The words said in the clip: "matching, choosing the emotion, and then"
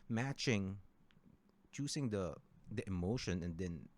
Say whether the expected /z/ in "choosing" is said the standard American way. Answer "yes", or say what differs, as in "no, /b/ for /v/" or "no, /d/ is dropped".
no, /s/ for /z/